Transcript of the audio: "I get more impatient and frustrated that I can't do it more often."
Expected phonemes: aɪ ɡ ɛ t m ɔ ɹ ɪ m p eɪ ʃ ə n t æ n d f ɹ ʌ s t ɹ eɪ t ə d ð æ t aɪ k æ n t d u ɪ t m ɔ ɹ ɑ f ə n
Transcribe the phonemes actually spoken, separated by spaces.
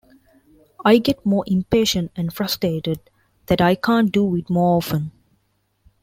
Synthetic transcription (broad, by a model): aɪ ɡ ɛ t m ɔ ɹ ɪ m p eɪ ʃ ə n t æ n d f ɹ ʌ s t ɹ eɪ t ə d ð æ t aɪ k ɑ n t d u ɪ t m ɔ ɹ ɑ f ə n